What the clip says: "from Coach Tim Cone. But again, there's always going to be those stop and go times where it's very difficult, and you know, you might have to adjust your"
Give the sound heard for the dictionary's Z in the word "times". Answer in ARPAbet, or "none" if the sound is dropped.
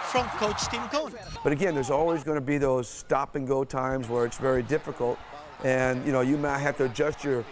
Z